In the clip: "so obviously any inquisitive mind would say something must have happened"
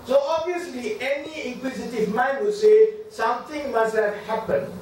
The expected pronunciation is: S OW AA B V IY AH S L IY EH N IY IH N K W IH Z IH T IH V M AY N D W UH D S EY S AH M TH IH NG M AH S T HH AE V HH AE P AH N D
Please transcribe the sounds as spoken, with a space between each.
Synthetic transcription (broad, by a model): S OW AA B IY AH S L IY EH N IY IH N K W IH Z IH T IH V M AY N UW S EY S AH M T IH NG M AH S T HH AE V HH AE P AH N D